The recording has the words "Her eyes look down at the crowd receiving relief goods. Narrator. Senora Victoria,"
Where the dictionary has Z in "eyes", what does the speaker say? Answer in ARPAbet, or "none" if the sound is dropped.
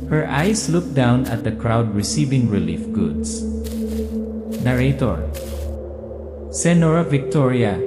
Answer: S